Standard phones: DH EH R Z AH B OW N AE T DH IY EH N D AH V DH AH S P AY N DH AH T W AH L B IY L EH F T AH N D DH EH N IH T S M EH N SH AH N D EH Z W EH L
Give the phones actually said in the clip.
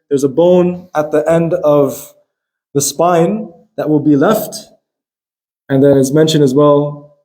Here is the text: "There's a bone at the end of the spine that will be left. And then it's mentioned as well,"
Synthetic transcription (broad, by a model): DH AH R Z AH B OW N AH T DH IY EH N D AH V DH AH S P AY N DH AH T W AH L B IY L EH F T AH N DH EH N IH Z M EH N SH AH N IH Z W EH L